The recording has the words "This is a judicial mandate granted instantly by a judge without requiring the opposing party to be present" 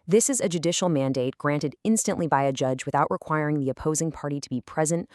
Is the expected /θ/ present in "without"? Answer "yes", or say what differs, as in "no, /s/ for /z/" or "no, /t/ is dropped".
yes